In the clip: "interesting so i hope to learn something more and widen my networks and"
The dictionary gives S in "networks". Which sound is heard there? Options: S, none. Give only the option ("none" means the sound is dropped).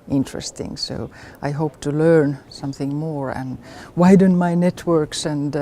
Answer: S